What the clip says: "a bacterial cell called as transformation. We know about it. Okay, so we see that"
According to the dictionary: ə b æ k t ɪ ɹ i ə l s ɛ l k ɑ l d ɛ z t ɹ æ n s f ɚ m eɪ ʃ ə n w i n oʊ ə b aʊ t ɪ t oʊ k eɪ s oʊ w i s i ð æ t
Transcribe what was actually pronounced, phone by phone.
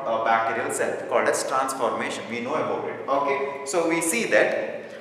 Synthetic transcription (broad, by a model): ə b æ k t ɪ ɹ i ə l s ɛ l k ɑ l d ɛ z t ɹ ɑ n s f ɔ m eɪ ʃ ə n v i n oʊ ə b aʊ t ɪ t oʊ k eɪ s oʊ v i s i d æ t